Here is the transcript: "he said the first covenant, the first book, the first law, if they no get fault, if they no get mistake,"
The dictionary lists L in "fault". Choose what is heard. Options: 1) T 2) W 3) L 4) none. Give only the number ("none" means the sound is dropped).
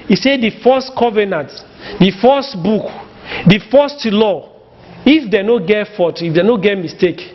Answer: 4